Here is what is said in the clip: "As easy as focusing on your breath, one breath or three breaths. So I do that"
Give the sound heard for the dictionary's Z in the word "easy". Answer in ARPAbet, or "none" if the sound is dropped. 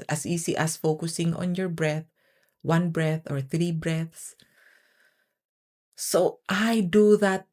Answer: S